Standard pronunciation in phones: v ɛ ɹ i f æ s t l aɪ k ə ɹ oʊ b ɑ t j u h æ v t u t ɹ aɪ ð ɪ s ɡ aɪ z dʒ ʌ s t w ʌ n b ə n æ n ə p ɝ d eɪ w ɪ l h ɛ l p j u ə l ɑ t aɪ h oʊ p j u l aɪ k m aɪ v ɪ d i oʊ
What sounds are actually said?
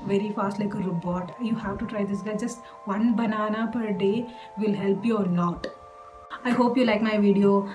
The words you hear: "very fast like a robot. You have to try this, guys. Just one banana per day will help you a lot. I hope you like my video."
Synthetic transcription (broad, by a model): v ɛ ɹ i f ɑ s t l aɪ k ə ɹ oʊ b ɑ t j u h æ v t u t ɹ aɪ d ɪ s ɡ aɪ dʒ ʌ s t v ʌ n b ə n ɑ n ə p ɝ d eɪ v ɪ l h ɛ l p j u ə n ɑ t aɪ h oʊ p j u l aɪ k m aɪ v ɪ d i oʊ